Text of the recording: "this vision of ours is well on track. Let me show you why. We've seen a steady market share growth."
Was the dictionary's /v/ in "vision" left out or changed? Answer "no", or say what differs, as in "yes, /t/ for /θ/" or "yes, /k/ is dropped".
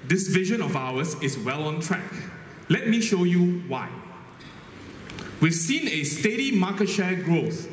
no